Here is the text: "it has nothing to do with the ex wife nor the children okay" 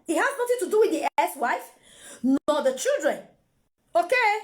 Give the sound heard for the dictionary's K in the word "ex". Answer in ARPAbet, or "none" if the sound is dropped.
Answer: none